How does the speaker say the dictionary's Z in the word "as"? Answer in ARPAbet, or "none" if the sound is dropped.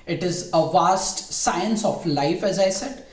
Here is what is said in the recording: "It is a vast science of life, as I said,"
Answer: Z